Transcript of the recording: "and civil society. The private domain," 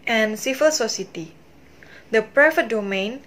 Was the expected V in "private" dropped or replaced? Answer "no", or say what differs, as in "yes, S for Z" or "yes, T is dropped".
yes, F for V